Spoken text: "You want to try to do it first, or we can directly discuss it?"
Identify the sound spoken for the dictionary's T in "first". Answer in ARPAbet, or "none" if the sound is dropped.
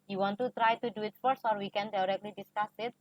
none